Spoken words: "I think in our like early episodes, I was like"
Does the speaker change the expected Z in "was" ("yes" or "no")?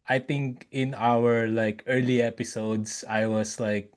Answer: yes